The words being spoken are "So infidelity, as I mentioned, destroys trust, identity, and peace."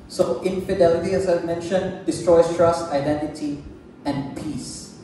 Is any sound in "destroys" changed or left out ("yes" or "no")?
yes